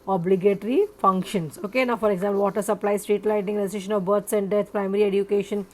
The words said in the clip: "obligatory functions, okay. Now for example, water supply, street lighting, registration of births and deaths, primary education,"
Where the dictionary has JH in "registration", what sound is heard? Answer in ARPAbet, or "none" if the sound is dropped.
none